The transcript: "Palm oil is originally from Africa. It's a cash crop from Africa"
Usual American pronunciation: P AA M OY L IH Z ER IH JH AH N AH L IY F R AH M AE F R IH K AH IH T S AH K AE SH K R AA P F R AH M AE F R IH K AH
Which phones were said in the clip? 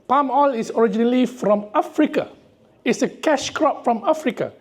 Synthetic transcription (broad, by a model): P AA M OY L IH S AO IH JH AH N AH L IY F R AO M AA F R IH K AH IH T S AH K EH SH K R AA P F R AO M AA F R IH K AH